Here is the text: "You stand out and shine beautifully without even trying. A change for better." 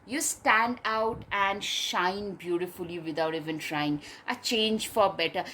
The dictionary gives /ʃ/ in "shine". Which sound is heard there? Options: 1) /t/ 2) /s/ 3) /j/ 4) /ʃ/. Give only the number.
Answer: 4